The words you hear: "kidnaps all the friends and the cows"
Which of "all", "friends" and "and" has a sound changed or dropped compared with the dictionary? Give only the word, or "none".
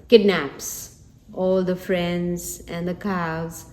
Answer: none